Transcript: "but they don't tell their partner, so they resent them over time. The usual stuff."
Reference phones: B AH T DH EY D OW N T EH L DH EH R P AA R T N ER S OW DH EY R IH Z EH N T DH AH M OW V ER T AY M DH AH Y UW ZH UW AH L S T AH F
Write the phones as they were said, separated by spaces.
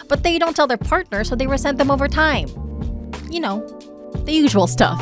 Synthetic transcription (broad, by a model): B AH T DH EY D OW N T EH L DH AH R P AA R T N ER S OW DH EY W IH S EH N DH AH M OW V ER T AY M DH AH Y UW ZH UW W L S T AH F